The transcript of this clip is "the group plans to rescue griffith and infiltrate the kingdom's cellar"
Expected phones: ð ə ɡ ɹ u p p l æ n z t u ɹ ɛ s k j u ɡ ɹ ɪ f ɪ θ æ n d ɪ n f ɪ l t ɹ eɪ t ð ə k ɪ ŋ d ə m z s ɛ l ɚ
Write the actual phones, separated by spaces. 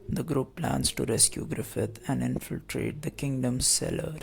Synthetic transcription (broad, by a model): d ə ɡ ɹ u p p l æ n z t u ɹ ɛ s k j u ɡ ɹ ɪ f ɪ t æ n d ɪ n f ɪ l t ɹ eɪ t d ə k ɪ ŋ d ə m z s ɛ l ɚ